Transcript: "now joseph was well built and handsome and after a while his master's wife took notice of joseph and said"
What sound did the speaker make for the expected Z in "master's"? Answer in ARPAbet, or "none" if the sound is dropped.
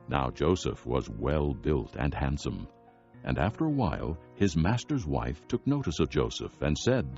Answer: Z